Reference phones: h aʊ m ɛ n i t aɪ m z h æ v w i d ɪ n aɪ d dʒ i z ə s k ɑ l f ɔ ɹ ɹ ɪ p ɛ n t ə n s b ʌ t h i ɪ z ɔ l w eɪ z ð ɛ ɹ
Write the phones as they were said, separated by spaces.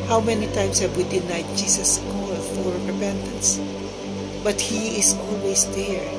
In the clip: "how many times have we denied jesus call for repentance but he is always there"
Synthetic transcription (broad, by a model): h aʊ m ɛ n i t aɪ m s h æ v w i d ɪ n aɪ d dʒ i s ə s k ɑ l f ɔ ɹ ɹ ɪ p ɛ n t ə n s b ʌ t h i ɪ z ɔ l w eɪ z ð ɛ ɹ